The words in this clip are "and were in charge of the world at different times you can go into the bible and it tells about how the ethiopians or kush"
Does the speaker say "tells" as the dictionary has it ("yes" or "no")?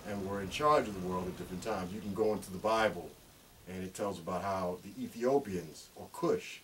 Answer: yes